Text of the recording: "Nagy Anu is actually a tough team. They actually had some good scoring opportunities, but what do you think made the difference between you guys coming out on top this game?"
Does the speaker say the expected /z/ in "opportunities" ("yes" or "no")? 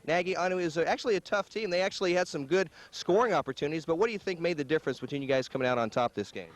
yes